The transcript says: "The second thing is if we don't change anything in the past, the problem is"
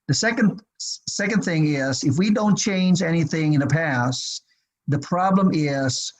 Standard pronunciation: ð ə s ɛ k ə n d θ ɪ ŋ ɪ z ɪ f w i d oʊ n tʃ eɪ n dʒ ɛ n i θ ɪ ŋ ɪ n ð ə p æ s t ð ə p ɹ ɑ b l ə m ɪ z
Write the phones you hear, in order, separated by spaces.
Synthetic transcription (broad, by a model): ð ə s ɛ k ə n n θ ɪ ŋ ɪ z ɪ f w i d oʊ n tʃ eɪ n dʒ ɛ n i θ ɪ ŋ ɪ n ð ə p æ s ð ə p ɹ ɑ b l ə m ɪ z